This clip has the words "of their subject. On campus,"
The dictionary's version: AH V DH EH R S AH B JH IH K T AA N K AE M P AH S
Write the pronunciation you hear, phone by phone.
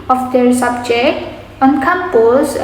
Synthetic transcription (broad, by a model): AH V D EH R S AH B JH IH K AA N K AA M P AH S